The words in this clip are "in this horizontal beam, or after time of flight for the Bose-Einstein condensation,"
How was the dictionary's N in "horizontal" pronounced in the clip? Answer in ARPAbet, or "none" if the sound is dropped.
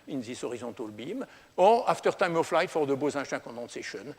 none